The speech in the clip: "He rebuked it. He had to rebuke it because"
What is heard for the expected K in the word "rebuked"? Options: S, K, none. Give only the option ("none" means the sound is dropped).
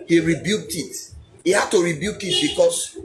K